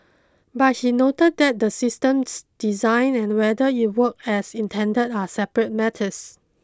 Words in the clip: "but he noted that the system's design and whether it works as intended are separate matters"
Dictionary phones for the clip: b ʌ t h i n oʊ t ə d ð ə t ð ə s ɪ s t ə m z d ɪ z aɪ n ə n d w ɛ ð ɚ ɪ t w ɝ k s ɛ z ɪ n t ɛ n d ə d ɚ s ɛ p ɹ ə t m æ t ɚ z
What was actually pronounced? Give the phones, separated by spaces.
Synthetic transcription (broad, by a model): b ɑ t h i n oʊ t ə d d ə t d ə s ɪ s t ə m s d ɪ z aɪ n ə n w ɛ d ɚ ɪ t w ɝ k ɛ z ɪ n t ɛ n d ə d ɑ s ɛ p ɹ ə t m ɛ t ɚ s